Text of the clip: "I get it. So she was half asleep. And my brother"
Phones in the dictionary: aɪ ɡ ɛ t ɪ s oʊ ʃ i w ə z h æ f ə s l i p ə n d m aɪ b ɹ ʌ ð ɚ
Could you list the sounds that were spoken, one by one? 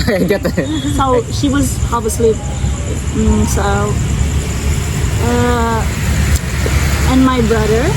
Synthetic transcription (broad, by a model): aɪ ɡ ɛ t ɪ s oʊ ʃ i w ə z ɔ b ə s l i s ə n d m aɪ b ɹ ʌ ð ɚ